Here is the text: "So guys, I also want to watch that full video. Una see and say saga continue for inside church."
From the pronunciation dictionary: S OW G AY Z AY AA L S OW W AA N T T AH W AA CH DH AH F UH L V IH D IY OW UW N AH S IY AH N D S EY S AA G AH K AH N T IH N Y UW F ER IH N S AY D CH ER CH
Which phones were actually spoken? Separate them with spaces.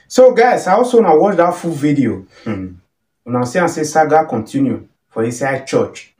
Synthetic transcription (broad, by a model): S OW G AY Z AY AA L S OW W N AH W AA CH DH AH F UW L V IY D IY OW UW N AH S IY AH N S EY S AA G AH K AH N T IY N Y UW F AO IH S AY CH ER CH